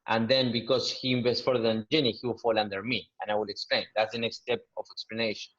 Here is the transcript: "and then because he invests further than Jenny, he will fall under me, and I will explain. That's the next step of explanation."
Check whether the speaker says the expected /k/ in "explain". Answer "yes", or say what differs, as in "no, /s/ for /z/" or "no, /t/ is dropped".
yes